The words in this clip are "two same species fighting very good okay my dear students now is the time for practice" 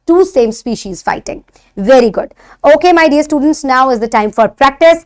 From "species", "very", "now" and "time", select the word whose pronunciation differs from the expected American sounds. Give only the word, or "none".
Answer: none